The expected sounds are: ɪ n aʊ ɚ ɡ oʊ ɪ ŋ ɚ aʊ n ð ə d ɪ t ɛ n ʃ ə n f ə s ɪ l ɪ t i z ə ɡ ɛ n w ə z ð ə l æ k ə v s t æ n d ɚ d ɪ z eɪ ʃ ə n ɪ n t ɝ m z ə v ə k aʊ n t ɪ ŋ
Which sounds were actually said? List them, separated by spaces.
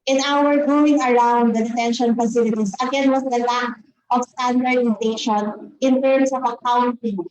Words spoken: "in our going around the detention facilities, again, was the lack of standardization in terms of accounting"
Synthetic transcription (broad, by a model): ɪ n aʊ ɚ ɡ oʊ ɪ ŋ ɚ aʊ n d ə d ɪ t ɛ n ʃ ə n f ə s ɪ l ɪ t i s ə ɡ ɛ n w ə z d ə l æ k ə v s t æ n d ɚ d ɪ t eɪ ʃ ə n ɪ n t ɝ m s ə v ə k aʊ n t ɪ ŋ